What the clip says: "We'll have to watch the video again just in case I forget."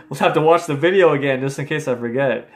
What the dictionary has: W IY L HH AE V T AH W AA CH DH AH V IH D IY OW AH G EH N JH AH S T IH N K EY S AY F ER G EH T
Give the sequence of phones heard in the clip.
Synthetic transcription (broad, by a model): W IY L HH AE F T AH W AA CH DH AH V IH D IY OW AH G EH N JH AH S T IH N K EY S AY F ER G EH T